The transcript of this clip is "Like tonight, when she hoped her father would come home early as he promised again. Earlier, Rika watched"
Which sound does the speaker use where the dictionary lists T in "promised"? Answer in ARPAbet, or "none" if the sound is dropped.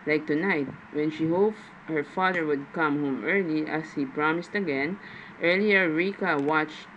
T